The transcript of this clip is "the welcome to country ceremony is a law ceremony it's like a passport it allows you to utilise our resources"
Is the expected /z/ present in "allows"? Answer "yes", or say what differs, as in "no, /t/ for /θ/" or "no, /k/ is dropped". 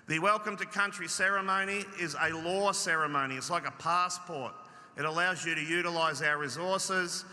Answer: yes